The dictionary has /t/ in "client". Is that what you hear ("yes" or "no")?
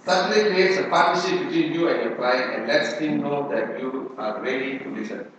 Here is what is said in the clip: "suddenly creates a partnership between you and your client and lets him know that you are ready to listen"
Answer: no